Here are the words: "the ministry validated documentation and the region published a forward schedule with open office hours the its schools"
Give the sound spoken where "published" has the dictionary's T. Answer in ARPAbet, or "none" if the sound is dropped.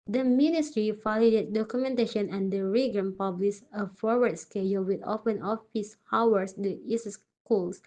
none